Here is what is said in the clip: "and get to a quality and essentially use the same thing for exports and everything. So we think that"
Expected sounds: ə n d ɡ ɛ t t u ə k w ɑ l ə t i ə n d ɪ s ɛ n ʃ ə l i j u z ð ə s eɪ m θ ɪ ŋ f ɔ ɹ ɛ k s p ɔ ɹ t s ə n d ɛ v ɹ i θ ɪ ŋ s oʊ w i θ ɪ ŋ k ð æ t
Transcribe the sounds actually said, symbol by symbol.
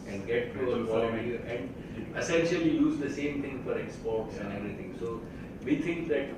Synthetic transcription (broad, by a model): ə n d ɡ ɛ t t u ə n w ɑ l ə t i ə n d ɪ s ɛ n ʃ ə l i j u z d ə s eɪ m t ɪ ŋ f ɔ ɹ ɛ k s p ɔ ɹ t s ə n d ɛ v ɹ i t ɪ ŋ s oʊ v i t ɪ ŋ k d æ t